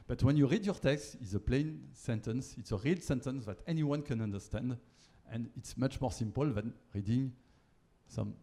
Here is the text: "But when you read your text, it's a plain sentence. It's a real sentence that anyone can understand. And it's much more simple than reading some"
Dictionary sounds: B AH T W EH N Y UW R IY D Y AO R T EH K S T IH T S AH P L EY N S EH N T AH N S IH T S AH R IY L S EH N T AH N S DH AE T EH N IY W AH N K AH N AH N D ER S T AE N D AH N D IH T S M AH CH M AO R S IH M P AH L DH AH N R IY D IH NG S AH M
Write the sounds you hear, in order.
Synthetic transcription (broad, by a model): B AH T W EH N Y UW R IY D Y AO R T EH K S T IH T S AH P L EY N S EH N T AH N S IH T S AH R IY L S EH N T AH N S DH AE T EH N IY W AH N K AH N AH N D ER S T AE N D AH N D IH T S M AH CH M AO R S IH M P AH L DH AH N R IY D IH NG S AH M